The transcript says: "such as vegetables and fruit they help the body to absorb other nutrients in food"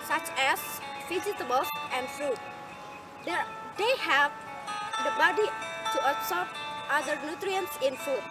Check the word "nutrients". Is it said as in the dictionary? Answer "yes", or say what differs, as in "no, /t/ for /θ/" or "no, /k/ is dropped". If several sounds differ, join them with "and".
yes